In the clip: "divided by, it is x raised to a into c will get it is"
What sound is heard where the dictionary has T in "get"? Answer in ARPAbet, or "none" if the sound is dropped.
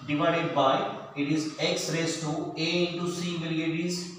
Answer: none